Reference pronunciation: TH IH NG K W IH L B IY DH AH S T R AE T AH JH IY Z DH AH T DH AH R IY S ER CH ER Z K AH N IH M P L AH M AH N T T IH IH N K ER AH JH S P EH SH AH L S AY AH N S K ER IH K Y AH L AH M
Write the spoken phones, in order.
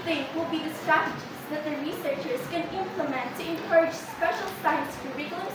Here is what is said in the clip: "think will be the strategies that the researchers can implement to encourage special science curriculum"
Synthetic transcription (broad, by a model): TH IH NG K W IH L B IY DH AH S T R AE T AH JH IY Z DH AH T DH AH R IY S ER CH ER Z K AH N IH M P L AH M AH N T T IH IH N K ER AH JH S P EH SH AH L S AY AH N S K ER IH K Y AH L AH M